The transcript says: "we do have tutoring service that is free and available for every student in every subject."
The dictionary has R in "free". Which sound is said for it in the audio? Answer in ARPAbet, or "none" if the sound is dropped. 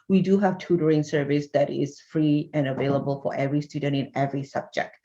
R